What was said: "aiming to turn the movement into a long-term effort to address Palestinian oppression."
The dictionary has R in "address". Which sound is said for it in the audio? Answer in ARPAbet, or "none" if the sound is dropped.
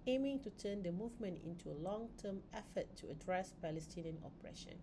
R